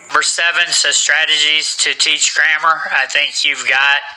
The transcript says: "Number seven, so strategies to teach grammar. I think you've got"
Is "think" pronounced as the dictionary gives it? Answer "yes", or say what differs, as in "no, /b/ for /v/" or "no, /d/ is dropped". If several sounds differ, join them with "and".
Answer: yes